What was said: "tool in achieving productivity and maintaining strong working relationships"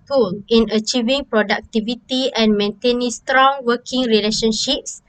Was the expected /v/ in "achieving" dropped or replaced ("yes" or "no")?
no